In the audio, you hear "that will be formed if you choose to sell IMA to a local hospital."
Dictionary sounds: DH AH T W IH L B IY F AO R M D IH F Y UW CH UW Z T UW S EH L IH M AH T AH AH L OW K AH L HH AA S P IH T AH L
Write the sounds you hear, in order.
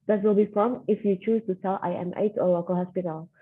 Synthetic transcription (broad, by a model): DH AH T W IH L B IY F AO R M IH F Y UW CH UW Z T UW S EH L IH M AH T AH AH L OW K AH L HH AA S P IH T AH L